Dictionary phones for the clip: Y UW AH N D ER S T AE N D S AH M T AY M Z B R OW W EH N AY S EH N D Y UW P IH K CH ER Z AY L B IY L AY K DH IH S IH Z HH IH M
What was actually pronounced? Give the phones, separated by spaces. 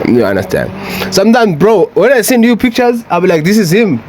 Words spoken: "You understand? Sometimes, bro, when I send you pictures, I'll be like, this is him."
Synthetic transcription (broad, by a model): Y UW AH N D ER S T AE N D S AH M T AY M Z B R OW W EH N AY S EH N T Y UW P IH K CH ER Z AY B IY L AY K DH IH S IH Z HH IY M